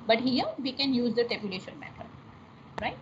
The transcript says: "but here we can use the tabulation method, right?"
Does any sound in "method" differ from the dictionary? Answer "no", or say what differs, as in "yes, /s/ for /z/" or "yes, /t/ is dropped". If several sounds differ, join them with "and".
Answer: yes, /t/ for /θ/